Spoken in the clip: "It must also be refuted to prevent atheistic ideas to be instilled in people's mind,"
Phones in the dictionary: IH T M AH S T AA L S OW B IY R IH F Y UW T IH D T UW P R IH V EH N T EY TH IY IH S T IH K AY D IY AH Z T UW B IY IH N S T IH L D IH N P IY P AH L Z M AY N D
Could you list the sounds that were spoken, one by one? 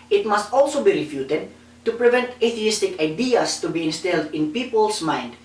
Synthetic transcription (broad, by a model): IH T M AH S T AA L S OW B IY R IH F Y UW T IH D T UW P R IH V EH N T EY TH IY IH S T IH K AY D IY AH S T UW B IY IH N S T IH L D IH N P IY P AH L S M AY N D